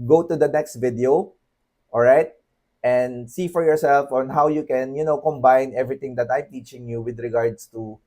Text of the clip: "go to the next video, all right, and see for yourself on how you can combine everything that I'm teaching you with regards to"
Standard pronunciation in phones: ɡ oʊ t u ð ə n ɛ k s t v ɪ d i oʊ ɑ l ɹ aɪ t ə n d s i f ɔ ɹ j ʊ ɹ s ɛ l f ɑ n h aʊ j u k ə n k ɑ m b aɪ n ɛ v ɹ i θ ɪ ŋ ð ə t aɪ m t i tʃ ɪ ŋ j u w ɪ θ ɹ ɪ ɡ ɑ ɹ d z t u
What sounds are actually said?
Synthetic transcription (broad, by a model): ɡ oʊ t u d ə n ɛ k s t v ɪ d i oʊ ɑ l ɹ aɪ t ə n d s i f ɔ ɹ j ʊ ɹ s ɛ l f ɑ n h aʊ j u k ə n k ɑ m b aɪ n ɛ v ɹ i t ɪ ŋ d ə t aɪ m t i tʃ ɪ ŋ j u w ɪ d ɹ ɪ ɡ ɑ ɹ d s t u